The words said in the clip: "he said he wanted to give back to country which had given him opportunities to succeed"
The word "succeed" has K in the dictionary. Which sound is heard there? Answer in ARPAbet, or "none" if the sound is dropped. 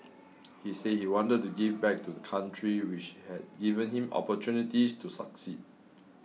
K